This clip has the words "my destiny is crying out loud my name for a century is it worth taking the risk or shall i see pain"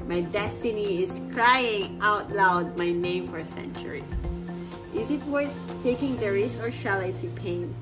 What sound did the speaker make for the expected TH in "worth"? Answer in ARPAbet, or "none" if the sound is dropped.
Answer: S